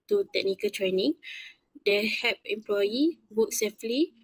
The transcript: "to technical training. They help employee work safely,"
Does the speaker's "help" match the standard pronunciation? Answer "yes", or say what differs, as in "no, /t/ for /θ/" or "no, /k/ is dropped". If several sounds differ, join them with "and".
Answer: no, /l/ is dropped